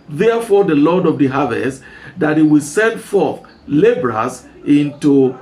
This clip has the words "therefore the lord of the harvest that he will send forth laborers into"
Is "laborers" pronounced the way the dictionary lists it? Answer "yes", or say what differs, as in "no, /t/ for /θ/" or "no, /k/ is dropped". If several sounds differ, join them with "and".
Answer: no, /s/ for /z/